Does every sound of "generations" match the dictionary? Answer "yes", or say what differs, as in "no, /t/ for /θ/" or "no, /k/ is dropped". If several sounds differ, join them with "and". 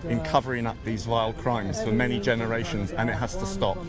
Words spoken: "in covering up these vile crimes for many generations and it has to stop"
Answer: yes